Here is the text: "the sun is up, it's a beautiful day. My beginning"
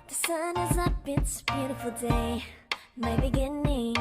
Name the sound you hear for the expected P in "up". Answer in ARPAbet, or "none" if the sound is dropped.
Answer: B